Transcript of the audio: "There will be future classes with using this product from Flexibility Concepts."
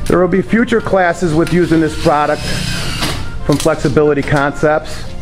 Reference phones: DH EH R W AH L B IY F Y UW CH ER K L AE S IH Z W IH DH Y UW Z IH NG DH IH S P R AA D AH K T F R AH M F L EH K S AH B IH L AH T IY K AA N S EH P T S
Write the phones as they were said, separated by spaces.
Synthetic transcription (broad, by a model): DH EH R W AH L B IY F Y UW CH ER K L AE S IH Z W IH DH Y UW Z IH NG DH IH S P R AA D AH K T F R AH M F L EH K S AH B IH L AH T IY K AA N S EH P T S